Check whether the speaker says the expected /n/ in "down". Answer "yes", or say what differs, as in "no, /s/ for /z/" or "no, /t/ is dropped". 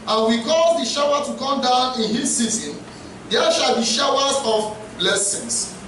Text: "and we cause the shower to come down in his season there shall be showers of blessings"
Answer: yes